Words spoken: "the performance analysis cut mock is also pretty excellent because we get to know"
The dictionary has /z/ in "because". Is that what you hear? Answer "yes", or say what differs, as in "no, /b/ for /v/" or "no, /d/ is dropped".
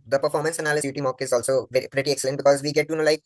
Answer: yes